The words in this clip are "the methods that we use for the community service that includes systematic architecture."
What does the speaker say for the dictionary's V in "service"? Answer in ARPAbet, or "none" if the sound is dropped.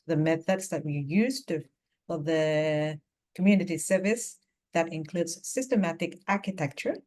V